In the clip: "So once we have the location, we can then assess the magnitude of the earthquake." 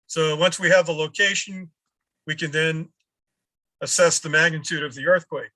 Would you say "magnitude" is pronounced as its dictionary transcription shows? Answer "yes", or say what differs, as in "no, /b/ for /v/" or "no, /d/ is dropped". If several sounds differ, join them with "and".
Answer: yes